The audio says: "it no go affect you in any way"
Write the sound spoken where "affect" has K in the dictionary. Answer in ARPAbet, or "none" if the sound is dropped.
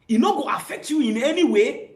K